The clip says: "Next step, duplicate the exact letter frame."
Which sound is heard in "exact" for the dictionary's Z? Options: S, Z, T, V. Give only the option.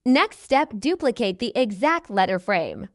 Z